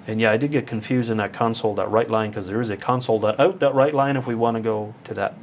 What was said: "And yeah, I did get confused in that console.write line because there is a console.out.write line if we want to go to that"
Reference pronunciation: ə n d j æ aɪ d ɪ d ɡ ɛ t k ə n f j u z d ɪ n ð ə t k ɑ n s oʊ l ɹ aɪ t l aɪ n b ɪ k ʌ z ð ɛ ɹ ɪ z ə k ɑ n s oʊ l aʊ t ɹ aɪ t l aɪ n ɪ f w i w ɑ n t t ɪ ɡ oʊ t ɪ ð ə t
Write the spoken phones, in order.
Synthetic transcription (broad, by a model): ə n j æ aɪ d ɪ d ɡ ɛ t k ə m f j u z d ɪ n ð ə t k ɑ n s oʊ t ɹ aɪ t l aɪ n k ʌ z ð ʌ ɹ ɪ z ə k ɑ n s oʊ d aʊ t ɹ aɪ t l aɪ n ɪ f w i w ɑ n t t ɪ ɡ oʊ t ɪ ð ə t